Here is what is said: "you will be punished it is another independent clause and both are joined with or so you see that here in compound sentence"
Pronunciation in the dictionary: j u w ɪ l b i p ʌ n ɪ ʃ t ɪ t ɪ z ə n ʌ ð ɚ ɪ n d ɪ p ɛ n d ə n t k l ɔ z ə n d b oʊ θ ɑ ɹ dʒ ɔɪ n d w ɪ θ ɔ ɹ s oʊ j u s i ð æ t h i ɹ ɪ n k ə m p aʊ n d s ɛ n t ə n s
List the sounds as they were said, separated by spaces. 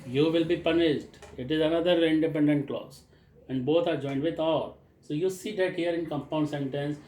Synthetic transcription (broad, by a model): j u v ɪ l b i p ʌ n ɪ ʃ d ɪ t ɪ z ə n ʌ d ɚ ɪ n d ɪ p ɛ n d ə n t k l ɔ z ə n d b oʊ t ɑ ɹ dʒ ɔɪ n d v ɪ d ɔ l s oʊ j u s i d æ t h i ɹ ɪ n k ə m p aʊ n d s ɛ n t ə n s